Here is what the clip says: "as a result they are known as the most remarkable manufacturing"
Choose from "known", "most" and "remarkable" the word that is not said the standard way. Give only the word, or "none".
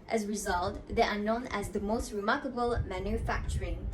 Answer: none